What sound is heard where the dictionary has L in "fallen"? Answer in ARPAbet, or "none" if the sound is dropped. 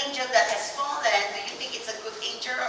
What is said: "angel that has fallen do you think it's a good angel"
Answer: N